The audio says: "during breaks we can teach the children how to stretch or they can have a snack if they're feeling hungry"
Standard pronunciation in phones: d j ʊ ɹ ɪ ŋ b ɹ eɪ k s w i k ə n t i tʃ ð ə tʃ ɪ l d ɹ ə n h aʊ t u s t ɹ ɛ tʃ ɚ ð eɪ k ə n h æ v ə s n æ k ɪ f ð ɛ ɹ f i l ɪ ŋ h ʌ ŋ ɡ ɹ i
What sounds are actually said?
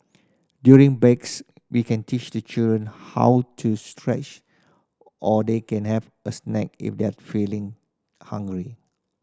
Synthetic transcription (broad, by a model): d j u ɹ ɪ ŋ b eɪ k s w i k ə n t i tʃ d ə tʃ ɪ l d ɹ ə n h aʊ t u s t ɹ ɛ tʃ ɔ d eɪ k ə n h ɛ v ə s n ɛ k ɪ f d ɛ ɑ f i l ɪ ŋ h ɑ ŋ ɡ ɹ i